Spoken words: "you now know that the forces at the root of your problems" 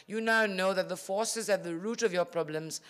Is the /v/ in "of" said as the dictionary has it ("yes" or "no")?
yes